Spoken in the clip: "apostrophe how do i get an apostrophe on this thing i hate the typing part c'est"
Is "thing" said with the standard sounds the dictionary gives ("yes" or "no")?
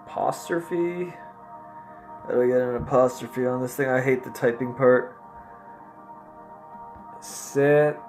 yes